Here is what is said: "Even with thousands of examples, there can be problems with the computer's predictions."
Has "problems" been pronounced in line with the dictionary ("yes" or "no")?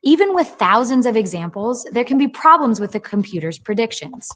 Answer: yes